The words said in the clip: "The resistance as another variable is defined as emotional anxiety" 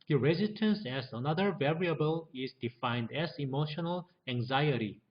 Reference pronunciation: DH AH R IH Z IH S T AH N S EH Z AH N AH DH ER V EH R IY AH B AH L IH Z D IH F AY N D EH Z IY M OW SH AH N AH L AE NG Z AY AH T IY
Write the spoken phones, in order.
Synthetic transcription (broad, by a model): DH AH R IH Z IH S T AH N S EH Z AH N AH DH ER V EH R IY AH B AH L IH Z D IH F AY N D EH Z IY M OW SH AH N AH L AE NG Z AY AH T IY